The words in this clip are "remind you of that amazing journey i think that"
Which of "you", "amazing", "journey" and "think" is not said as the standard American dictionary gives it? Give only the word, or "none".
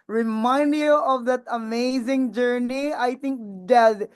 think